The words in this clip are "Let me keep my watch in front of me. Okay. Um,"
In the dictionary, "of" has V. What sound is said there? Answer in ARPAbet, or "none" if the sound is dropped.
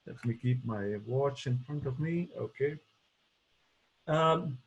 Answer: V